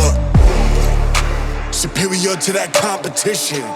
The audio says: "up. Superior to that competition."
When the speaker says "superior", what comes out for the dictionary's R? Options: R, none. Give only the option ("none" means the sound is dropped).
none